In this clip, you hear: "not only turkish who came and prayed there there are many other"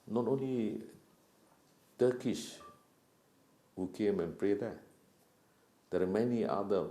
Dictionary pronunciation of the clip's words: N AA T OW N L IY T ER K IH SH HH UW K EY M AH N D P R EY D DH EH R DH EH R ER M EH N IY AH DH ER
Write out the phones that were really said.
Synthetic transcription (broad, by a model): N AA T OW N L IY T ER K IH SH HH UW K EY M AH N P R EY D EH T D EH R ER M EH N IY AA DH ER